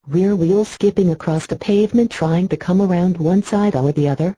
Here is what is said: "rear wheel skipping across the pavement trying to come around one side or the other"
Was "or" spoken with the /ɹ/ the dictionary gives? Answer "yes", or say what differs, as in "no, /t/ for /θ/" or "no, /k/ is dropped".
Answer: no, /l/ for /ɹ/